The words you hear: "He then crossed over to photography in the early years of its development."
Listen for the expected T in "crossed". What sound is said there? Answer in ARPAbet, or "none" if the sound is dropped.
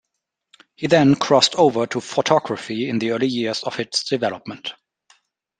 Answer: T